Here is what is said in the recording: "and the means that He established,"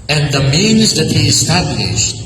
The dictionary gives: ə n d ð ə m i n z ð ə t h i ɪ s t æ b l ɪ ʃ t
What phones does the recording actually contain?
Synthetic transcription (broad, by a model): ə n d ð ə m i n z ð ə t h i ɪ s t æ b l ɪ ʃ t